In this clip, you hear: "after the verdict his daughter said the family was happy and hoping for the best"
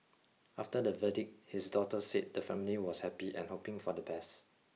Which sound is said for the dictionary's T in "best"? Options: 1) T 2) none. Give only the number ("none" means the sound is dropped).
1